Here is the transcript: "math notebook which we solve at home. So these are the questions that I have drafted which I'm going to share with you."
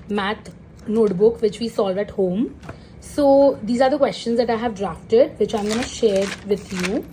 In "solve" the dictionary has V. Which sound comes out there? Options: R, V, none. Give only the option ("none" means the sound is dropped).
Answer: V